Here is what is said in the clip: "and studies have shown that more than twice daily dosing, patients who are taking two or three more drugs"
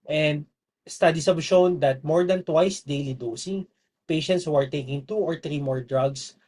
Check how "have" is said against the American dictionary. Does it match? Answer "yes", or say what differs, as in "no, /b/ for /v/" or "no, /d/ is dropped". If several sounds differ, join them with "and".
no, /b/ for /v/